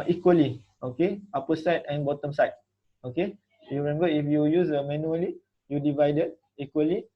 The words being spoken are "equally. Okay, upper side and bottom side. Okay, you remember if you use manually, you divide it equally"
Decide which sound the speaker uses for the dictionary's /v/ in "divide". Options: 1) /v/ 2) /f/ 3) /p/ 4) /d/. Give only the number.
1